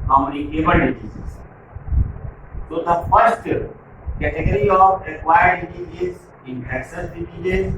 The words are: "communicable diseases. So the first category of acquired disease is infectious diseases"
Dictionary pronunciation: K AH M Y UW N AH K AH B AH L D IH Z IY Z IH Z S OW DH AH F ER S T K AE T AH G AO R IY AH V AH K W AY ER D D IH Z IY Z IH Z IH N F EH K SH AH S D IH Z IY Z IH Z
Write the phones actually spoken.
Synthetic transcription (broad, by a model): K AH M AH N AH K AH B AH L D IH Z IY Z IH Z S OW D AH F ER S T K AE T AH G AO R IY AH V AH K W AY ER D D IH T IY IH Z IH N EH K S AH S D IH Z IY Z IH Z